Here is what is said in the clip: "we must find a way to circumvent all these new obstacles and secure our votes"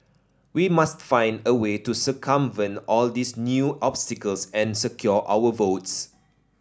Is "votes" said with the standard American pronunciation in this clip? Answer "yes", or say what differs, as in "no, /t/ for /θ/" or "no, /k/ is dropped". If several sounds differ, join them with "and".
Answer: yes